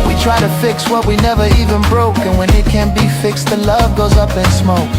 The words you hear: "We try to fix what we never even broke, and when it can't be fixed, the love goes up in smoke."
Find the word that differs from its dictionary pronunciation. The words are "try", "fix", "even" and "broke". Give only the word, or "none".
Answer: none